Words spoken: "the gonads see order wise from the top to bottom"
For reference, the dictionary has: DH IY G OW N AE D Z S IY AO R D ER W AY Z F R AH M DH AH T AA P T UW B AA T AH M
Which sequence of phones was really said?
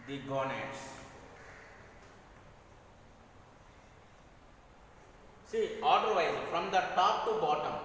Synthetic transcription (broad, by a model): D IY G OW N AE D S S IY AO L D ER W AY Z F R AH M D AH T AA P T UW B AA T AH M